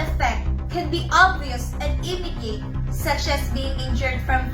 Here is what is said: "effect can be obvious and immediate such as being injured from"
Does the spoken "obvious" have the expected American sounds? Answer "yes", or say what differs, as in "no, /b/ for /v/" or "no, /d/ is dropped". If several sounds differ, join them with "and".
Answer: yes